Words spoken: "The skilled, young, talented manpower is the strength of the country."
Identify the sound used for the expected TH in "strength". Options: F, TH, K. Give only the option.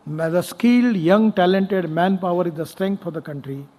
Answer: F